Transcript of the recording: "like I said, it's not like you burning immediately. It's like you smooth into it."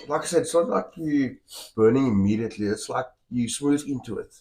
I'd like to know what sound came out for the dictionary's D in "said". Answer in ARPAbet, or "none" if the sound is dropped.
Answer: none